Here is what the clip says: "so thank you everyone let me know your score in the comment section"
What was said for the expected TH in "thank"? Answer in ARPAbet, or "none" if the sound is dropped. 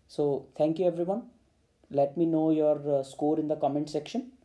T